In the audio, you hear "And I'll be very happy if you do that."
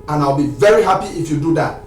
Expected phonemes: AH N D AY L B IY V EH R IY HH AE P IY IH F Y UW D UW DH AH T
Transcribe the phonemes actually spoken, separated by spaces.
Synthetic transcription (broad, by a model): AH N AY L B IY V EH R IY HH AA P IY IH F Y UW D UW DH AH T